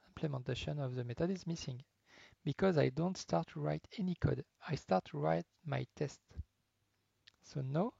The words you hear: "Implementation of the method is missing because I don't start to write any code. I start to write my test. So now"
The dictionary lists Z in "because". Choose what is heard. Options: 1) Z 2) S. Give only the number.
1